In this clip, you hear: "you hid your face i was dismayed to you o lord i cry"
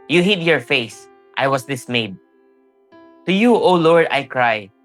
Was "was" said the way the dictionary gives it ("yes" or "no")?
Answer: no